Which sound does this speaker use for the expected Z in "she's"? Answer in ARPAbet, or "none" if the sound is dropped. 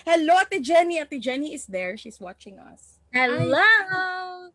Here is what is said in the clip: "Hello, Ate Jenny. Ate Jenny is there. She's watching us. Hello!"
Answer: S